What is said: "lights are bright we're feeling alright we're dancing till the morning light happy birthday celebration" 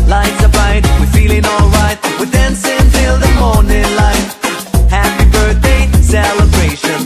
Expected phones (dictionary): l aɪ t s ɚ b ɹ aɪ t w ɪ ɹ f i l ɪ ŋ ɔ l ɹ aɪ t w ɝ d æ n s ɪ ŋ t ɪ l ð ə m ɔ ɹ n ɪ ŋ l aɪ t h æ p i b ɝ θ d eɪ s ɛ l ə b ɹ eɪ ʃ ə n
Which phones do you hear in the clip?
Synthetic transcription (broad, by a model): l aɪ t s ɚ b aɪ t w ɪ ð f i l ɪ ŋ ɔ l ɹ aɪ t w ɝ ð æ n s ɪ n t ɪ l ð ə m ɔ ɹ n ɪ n l aɪ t h æ p i b ɝ θ d eɪ s ɛ l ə b ɹ eɪ ʃ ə n